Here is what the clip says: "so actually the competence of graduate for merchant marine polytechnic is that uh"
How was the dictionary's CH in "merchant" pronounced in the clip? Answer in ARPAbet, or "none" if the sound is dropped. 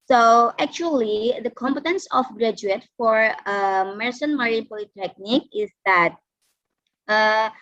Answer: S